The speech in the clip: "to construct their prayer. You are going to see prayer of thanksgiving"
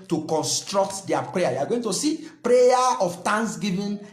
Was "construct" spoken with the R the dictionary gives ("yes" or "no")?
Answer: yes